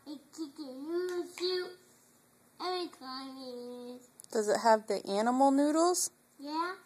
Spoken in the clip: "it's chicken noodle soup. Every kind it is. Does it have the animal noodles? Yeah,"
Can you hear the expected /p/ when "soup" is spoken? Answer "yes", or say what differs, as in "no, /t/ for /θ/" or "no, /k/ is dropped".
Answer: no, /p/ is dropped